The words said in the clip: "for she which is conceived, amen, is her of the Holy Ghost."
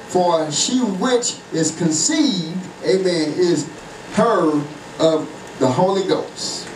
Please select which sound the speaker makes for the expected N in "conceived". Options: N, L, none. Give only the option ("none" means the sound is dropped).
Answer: N